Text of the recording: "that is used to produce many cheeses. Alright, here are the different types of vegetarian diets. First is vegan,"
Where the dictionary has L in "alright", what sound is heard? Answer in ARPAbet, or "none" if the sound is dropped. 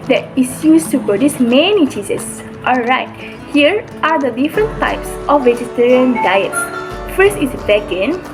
L